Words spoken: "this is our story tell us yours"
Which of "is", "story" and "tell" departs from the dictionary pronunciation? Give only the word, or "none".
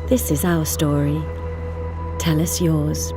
none